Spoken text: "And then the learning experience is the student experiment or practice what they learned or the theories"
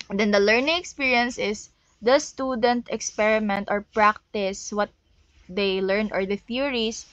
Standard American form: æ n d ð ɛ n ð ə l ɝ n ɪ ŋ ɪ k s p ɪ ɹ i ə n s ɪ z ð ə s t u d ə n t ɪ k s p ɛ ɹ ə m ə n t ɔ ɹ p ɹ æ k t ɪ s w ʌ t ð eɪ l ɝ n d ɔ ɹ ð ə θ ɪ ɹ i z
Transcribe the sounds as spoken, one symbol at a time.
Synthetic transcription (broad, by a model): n d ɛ n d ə l ɝ n ɪ ŋ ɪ k s p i ɹ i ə n s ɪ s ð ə s t u d ə n t ɪ k s p ɛ ɹ ə m ə n t ɔ ɹ p ɹ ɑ k t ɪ s w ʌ t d eɪ l ɝ n ɔ ɹ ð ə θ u ɹ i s